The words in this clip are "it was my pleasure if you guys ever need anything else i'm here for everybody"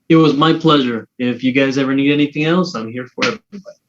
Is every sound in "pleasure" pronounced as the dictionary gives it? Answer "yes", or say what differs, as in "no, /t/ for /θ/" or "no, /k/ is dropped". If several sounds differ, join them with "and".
yes